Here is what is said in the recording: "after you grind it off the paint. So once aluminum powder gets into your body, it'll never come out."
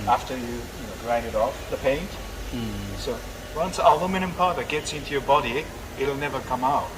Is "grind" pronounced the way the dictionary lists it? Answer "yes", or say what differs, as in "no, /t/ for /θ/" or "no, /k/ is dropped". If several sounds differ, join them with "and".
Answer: no, /n/ is dropped